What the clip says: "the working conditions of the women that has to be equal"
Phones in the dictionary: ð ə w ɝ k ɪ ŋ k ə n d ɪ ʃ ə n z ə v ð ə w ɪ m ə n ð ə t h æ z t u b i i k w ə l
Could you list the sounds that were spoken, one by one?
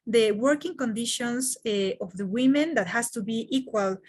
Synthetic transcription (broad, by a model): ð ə w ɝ k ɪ ŋ k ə n d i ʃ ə n s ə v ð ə w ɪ m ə n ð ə t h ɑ s t u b i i k w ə l